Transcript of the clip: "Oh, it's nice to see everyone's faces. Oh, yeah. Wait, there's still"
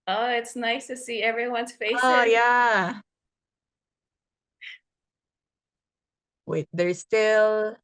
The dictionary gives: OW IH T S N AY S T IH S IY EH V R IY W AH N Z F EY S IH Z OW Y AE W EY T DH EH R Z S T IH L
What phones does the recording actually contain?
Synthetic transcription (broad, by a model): OW IH T S N AY S T IH S IY EH V R IY W AH N Z F EY IH S OW Y AE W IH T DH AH R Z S T IH L